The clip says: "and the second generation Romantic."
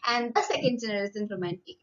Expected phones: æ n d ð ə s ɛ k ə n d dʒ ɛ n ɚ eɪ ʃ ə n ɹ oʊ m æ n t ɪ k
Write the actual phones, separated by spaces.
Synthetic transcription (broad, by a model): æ n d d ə s ɛ k ə n d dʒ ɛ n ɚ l s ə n ɹ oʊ m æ n t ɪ k